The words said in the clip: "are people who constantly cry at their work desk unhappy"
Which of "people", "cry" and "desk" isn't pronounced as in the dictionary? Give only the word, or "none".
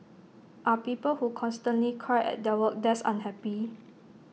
desk